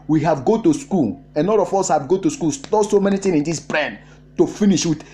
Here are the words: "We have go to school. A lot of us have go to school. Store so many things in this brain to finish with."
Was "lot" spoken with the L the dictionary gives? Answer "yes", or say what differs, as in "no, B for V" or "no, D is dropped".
no, N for L